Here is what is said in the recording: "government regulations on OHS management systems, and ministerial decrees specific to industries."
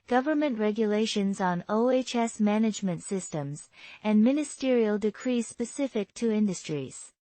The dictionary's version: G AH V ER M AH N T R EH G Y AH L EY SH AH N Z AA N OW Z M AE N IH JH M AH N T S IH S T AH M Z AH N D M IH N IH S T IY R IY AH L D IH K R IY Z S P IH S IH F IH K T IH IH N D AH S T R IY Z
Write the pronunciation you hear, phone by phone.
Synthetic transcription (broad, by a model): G AH V ER M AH N T R EH G Y AH L EY SH AH N Z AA N OW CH M AE N IH JH M AH N T S IH S T AH M Z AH N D M IH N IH S T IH R IY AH L D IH K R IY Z S P IH S IH F IH K T IH IH N D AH S T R IY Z